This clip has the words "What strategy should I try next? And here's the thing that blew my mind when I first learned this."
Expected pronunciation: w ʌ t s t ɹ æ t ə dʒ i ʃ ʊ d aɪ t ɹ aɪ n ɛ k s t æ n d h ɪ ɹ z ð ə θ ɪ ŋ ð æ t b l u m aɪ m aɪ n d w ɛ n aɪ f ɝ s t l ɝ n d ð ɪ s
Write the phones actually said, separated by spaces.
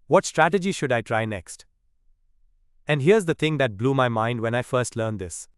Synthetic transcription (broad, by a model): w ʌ t s t ɹ æ t ə dʒ i ʃ ʊ d aɪ t ɹ aɪ n ɛ k s t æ n d h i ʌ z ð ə t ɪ ŋ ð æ t b l u m aɪ m aɪ n d w ɛ n aɪ f ɝ s t l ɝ n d ɪ s